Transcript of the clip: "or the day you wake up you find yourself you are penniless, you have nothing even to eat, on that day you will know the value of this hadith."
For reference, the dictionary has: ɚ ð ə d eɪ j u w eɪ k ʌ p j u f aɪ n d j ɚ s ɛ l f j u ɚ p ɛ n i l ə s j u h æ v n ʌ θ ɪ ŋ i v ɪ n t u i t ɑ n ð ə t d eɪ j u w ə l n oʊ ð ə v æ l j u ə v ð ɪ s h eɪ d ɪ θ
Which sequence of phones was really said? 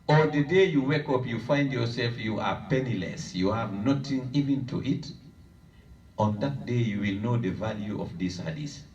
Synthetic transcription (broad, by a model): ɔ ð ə d eɪ j u w eɪ k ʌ p j u f aɪ n d j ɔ s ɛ l f j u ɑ p ɛ n i l ə s j u h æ v n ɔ t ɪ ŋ i v ɪ n t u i t ɑ n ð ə t d eɪ j u w ə l n oʊ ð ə v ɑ l j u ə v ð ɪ s h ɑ d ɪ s